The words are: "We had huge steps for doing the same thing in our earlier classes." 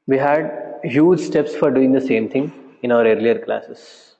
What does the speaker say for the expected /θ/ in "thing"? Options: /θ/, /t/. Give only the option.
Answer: /t/